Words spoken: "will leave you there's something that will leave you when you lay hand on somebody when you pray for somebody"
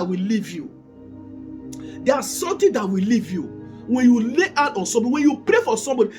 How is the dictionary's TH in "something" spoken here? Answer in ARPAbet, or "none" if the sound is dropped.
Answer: T